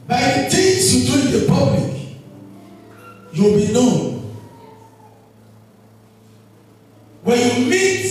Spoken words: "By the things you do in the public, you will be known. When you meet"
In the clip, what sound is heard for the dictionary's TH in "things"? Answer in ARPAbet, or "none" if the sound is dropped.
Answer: S